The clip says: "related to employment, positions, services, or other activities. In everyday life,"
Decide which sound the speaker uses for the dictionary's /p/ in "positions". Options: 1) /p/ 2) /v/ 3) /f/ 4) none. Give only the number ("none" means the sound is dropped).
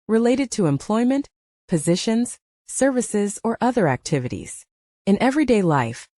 1